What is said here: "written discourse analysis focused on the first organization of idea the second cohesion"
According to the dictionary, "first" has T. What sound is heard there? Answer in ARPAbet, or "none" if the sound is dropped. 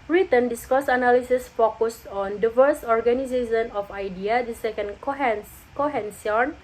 none